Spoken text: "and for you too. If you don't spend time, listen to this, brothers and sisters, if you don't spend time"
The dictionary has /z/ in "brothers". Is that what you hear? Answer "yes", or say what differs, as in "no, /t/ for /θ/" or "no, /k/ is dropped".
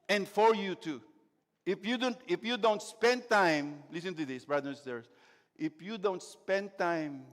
no, /z/ is dropped